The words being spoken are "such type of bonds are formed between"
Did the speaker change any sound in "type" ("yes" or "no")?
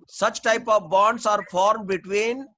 no